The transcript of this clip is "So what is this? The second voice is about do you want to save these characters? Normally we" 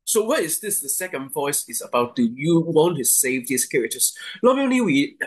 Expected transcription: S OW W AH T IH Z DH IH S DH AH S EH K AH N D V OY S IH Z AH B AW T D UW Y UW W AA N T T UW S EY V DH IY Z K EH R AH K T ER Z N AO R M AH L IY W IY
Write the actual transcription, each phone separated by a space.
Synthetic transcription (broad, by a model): S OW W AH T IH Z DH IH S DH AH S EH K AH N D V OY S IH Z AH B AW T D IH Y UW W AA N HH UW S EY V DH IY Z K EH R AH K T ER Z L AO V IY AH N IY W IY